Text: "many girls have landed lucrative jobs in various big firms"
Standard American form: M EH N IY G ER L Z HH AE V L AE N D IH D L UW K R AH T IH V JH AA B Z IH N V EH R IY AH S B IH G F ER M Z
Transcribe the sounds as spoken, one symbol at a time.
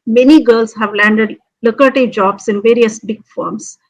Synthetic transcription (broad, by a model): M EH N IY G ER L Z HH AE V L AE N D IH D L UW K AH T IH JH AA B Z IH N V EH R IY AH S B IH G F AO M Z